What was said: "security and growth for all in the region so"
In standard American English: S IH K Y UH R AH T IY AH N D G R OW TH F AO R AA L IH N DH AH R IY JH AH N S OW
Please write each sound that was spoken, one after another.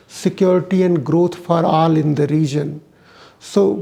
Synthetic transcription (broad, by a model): S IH K Y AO R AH T IY AH N D G R OW T F AO R AA L IH N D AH R IY JH AH N S OW